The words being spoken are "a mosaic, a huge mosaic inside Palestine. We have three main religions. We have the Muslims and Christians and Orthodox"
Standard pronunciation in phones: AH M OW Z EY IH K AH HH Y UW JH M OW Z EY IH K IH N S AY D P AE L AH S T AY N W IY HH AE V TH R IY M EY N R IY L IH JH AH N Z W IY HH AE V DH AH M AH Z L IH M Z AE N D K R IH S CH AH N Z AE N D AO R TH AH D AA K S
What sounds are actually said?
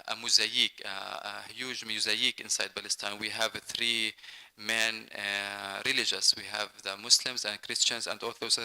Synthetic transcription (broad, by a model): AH M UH Z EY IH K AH HH Y UW JH M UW Z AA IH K IH N S AY D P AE L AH S T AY N W IY HH AE V TH R IY M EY N R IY L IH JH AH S W IY HH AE V DH AH M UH S L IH M Z AE N D K R IH S CH AH N Z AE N D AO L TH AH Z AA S